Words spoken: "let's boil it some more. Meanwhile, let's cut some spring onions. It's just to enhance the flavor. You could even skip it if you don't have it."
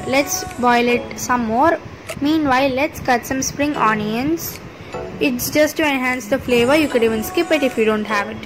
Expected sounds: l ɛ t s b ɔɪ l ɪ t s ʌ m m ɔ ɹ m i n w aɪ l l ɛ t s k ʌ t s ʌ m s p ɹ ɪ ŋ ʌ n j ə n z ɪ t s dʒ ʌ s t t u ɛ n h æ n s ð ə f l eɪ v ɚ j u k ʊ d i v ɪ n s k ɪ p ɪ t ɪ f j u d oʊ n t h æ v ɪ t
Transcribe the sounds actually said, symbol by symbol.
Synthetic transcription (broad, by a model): l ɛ t s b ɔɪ l ɪ t s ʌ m m ɔ ɹ m i n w aɪ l l ɛ t s k ʌ t s ʌ m s p ɹ ɪ ŋ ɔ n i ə n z ɪ t s dʒ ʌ s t t u ɛ n h æ n s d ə f l eɪ v ɚ j u k ʊ d i v ɪ n s k ɪ p ɪ t ɪ f j u d oʊ n t h æ v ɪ t